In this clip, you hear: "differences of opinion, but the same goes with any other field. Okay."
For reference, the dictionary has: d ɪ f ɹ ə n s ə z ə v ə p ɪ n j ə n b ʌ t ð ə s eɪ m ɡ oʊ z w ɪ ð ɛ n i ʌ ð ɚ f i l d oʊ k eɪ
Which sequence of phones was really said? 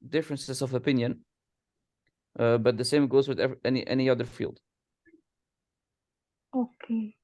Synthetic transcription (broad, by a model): d ɪ f ɹ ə n s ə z ə v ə p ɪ n j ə n b ʌ t ð ə s eɪ m ɡ oʊ z w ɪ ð ɛ n i ʌ ð ɚ f i l d oʊ k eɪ